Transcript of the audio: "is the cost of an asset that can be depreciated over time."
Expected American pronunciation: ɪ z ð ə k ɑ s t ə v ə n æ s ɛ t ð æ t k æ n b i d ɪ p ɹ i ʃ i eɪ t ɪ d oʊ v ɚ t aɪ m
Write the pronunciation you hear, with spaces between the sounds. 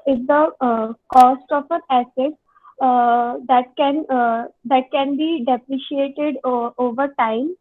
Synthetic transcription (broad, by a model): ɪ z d ə k ɑ s t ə f ə n æ s ɛ t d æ t k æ n b i d ɪ p ɹ i ʃ i eɪ t ɪ d oʊ v ɚ t aɪ m